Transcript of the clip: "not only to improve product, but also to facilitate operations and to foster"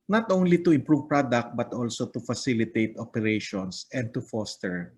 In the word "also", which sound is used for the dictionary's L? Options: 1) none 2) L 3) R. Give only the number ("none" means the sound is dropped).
2